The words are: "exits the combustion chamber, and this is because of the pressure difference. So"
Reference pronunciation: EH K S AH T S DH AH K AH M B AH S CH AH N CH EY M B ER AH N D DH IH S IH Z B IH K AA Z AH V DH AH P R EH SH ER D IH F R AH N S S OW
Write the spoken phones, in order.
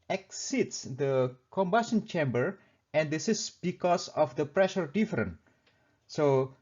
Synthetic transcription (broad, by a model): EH K S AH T S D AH K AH M B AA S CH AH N CH EY M B ER AH N D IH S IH S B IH K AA S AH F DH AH P R EH SH ER D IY F R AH N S S OW